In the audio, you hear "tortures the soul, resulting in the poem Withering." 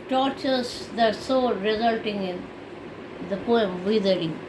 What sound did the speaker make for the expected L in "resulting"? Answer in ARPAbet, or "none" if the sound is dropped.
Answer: L